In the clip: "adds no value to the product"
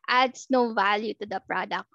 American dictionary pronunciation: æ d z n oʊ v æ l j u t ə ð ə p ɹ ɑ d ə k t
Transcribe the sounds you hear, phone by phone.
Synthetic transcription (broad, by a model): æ d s n oʊ v æ l j u t ə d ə p ɹ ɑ d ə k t